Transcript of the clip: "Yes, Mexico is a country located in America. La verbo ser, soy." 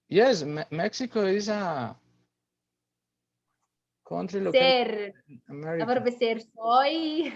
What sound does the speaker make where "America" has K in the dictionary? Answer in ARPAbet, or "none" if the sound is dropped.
none